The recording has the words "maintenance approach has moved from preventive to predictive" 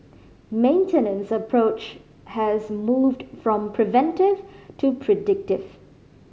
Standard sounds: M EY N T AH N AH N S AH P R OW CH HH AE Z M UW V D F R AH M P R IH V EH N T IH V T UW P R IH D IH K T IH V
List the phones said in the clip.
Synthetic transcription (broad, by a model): M EY N T AH N AH N S AH P R OW CH HH AE Z M UW V D F R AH M P R IH V EH N T IH V T UW P R IH D IH K T IH V